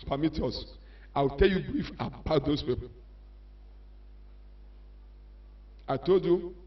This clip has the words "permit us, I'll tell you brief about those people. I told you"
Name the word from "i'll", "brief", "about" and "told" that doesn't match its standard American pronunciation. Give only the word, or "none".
i'll